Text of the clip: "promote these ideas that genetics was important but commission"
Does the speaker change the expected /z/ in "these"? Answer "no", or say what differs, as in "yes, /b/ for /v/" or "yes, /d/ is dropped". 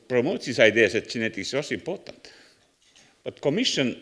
yes, /s/ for /z/